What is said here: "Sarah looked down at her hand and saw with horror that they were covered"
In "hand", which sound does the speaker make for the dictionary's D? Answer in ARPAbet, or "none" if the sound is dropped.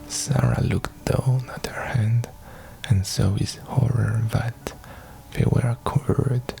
D